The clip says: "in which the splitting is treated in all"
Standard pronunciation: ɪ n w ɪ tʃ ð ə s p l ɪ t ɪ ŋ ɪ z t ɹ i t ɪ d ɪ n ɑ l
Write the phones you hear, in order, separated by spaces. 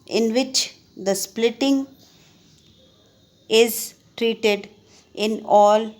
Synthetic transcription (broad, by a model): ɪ n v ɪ tʃ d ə s p l ɪ t ɪ ŋ ɪ z t ɹ i t ɪ d ɪ n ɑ l